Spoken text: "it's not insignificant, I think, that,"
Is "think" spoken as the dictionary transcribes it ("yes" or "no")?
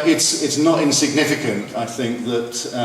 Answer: yes